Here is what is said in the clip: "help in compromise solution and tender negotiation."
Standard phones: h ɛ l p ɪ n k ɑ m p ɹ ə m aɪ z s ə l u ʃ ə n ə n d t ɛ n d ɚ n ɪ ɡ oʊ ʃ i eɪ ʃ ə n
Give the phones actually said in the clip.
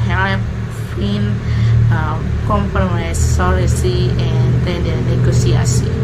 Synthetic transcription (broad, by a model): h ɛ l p ɪ n k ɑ m p ɹ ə m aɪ s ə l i s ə ə n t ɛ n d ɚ n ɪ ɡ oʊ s i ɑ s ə